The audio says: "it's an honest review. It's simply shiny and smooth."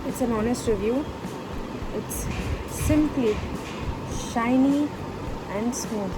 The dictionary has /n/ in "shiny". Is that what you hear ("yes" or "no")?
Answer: yes